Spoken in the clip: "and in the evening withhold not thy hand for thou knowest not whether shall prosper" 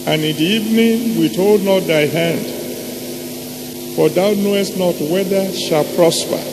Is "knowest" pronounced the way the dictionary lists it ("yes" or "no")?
yes